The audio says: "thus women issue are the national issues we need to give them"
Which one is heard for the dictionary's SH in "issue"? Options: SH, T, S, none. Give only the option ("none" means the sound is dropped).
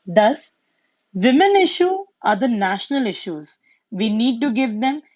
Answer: SH